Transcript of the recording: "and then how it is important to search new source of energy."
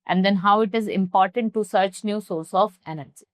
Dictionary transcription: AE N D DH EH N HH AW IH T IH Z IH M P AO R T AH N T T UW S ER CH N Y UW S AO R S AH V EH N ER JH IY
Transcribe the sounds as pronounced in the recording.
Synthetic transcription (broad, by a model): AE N D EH N HH AW IH T IH Z IH M P AO R T AH N T T UW S ER CH N Y UW S AO R S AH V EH N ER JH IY